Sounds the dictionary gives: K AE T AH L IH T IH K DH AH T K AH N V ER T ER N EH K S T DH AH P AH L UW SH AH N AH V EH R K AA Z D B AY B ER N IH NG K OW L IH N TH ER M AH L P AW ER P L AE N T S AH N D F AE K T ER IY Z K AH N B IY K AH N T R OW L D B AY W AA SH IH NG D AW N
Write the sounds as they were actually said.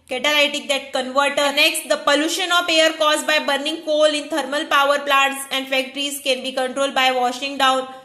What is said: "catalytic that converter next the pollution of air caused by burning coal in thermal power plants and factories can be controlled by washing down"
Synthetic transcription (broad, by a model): K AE T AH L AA T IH K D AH T K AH N V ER T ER N EH K S T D AH P AH L UW SH AH N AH P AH R K AA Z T B AY B ER N IH NG K OW L IH N T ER M AH L P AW ER P L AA N T S AH N D F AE K T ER IY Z K AH N B IY K AH N T R OW L D B AY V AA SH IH NG D AW N